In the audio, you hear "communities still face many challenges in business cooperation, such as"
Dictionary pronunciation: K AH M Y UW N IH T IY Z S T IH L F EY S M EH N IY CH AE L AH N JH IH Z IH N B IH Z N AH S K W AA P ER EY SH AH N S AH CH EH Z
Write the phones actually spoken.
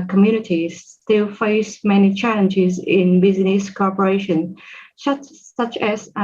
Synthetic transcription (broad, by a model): K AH M Y UW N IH T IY S T IH L F EY S M EH N IY CH AE L AH N JH IH Z IH N B IH Z N AH S K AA P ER EY SH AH N S AH CH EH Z